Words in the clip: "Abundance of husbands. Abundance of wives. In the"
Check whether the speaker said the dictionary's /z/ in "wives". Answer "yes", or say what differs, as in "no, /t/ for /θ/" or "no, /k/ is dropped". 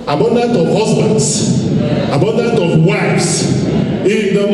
no, /s/ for /z/